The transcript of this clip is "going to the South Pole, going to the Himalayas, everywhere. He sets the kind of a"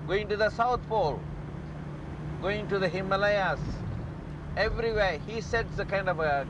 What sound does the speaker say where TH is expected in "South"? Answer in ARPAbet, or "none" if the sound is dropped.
T